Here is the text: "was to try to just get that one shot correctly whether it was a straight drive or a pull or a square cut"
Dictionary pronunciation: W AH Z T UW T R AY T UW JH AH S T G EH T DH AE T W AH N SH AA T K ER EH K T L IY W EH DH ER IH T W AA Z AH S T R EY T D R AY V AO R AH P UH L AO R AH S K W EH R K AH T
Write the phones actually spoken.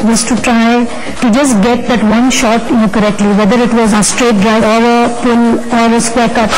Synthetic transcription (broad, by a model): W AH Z T UW T R AY T UW JH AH S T G EH T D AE T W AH N SH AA T K ER EH K T L IY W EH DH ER IH T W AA Z AH S T R EY T D R AY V AO R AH P UH L AO R AH S K W EH R K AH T